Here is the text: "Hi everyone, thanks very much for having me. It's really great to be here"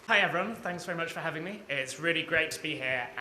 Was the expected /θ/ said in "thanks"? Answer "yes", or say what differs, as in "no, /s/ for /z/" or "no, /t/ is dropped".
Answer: yes